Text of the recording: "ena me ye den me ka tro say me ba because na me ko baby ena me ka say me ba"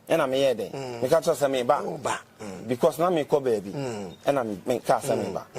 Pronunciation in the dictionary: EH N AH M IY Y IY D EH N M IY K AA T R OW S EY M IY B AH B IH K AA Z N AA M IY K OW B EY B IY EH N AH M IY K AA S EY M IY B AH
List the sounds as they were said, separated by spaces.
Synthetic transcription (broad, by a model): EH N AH M IY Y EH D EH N M IY K AA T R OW S EY M IY B AH B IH K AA S N AA M IY K OW B EY B IY EH N AH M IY K AA S EY M IY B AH